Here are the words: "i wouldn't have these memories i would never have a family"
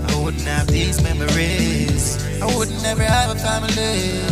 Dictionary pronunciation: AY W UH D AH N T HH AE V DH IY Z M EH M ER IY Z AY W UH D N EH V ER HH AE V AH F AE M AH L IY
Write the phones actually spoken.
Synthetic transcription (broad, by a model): AY W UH D N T HH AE V DH IY Z M EH M ER IY Z AY W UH D N EH V ER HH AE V AH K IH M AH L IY